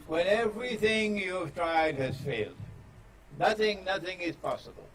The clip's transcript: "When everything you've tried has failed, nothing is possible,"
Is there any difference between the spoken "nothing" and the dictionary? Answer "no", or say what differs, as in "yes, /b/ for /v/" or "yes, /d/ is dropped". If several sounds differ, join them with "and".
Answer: no